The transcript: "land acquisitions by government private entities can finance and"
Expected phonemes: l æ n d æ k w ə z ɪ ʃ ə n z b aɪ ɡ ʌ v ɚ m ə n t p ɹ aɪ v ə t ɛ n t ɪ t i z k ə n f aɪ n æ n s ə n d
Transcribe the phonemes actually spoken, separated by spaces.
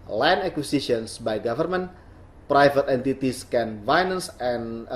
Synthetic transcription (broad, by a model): l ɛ n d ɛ k w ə s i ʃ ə n s b aɪ ɡ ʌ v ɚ m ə n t p ɹ aɪ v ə t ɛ n t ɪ t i s k ə n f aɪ n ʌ n s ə n